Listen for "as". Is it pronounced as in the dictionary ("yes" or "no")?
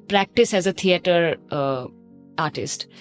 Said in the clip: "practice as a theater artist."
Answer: yes